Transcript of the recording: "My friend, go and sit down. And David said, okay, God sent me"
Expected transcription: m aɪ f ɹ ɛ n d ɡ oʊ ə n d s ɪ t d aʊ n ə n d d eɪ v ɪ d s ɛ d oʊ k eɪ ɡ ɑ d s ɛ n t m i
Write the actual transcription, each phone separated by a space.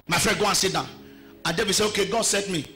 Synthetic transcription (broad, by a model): m aɪ f ɹ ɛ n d ɡ oʊ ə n s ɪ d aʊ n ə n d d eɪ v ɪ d s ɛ oʊ k eɪ ɡ ɑ d s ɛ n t m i